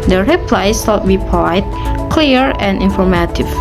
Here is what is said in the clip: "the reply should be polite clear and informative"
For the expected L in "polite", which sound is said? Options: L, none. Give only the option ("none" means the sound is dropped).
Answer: none